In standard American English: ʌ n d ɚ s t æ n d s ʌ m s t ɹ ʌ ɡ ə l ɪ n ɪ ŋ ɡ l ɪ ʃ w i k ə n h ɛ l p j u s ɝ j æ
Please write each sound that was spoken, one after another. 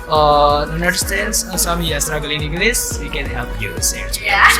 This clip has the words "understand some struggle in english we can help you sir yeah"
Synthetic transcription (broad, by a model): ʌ n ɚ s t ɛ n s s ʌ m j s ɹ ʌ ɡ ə l ɪ n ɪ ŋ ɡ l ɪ s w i k ə n h ɛ l p j u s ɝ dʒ